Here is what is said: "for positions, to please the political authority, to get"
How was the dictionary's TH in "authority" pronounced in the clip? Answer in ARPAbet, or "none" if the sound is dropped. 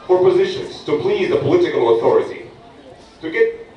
TH